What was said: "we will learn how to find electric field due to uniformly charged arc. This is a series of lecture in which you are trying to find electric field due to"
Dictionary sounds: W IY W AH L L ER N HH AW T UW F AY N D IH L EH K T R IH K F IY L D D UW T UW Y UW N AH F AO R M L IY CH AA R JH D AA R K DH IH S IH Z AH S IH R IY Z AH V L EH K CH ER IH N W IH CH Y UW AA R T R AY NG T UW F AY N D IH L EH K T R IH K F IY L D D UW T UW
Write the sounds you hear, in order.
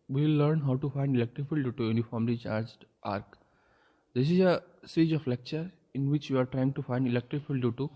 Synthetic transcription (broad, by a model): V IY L L ER N HH AW T UW F AY N D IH L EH K T R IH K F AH L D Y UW T UW Y UW N AH F AO R M L IY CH AA R JH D AA R K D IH S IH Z AH S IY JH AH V L EH K CH ER IH N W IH CH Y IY AA R T R AY NG T UW F AY N D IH L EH K T R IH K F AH L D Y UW T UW